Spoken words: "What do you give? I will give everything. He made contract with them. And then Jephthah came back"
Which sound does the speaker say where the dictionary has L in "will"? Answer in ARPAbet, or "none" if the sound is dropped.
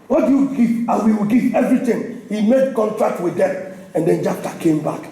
W